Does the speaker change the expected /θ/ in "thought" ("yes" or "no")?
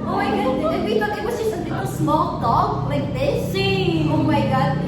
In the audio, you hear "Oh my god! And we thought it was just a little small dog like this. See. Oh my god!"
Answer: yes